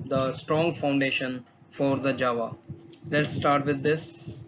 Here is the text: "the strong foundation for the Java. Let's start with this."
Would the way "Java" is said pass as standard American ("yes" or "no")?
yes